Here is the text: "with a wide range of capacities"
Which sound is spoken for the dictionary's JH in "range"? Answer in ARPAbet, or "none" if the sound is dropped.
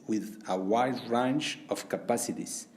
CH